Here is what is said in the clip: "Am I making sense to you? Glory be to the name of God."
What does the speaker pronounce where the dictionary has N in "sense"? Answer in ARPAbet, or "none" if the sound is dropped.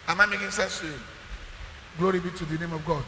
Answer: none